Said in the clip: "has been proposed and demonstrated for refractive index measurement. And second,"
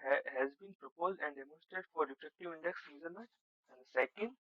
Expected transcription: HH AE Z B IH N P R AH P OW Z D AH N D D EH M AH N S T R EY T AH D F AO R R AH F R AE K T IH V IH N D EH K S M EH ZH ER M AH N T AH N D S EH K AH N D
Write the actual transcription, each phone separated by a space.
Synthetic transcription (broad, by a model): HH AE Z B IH N P R AH P OW Z D AH N D D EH M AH N S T T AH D F AO R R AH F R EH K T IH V IH N D EH K S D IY Z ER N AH T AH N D S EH K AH N D